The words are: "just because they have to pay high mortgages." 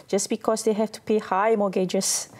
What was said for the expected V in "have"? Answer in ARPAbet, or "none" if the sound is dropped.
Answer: F